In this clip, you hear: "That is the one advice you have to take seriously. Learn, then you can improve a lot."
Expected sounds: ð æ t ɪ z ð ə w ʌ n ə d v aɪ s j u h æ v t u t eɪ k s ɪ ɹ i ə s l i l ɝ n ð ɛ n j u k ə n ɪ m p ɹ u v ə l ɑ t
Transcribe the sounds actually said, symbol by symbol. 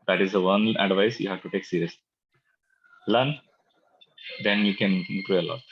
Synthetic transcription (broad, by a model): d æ t ɪ z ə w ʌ n ə d v aɪ s j u h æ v t u t eɪ k s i ɹ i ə s l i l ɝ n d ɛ n j u k ə n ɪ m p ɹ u ə l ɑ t